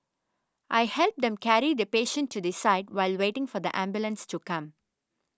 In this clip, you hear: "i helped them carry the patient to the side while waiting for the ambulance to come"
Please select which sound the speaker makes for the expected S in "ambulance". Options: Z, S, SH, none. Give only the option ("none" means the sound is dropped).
S